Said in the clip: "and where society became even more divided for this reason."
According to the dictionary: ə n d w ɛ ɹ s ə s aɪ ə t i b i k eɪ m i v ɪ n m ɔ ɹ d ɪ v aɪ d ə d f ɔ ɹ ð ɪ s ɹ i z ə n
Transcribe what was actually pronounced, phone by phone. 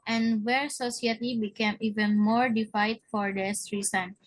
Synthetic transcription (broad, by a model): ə n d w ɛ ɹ s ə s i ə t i b i k eɪ m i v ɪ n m ɔ ɹ d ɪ f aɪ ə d f ɔ ɹ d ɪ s ɹ i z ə n